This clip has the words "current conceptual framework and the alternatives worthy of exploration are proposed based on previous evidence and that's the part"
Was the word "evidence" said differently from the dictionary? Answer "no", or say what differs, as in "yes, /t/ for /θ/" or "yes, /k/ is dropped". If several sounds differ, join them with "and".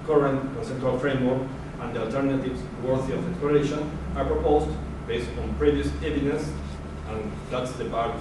yes, /n/ is dropped